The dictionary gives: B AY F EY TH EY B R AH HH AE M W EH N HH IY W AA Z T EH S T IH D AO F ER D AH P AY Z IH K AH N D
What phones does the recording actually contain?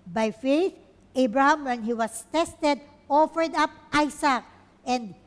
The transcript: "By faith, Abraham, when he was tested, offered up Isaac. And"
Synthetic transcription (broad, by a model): B AY F EY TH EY B R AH HH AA M W EH N HH IY W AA S T EH S T IH D AO F ER D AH P AY S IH K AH N D